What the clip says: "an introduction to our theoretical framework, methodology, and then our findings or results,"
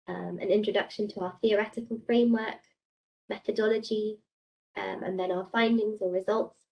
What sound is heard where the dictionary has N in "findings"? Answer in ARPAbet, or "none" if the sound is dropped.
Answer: N